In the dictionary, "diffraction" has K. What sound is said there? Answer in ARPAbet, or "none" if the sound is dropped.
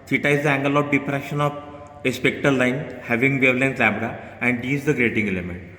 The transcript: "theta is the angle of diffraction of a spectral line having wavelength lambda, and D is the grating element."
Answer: none